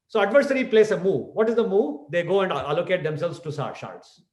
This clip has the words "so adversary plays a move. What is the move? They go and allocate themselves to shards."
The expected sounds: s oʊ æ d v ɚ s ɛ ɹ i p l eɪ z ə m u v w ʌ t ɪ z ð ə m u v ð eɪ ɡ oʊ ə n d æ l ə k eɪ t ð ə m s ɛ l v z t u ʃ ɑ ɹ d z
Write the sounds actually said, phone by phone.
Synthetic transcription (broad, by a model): s oʊ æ d v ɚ s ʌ ɹ i p l eɪ s ə m u v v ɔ t ɪ z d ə m u v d eɪ ɡ oʊ ə n d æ l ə k eɪ t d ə m s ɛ l v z t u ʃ ɑ ɹ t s